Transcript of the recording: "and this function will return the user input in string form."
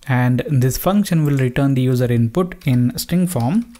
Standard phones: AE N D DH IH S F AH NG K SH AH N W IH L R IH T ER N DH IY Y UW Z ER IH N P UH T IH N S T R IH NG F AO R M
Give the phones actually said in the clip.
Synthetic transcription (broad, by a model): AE N D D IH S F AH NG K SH AH N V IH L R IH T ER N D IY Y UW Z ER IH N P UH T IH N S T R IH NG F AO R M